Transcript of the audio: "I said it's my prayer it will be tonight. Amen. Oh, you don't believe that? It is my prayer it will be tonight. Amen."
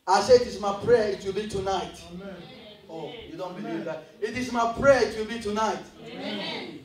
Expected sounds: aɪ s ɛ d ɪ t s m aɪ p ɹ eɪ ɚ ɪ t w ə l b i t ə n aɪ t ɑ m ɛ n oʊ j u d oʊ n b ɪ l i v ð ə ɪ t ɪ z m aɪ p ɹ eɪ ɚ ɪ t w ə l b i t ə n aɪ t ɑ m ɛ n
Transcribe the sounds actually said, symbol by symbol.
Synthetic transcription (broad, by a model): aɪ s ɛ ɪ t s m aɪ p ɹ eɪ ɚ ɪ t w ə l b i t ə n aɪ t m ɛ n oʊ j u d oʊ n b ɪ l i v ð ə ɪ t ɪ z m aɪ p ɹ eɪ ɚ ɪ t w ə l b i t ə n aɪ t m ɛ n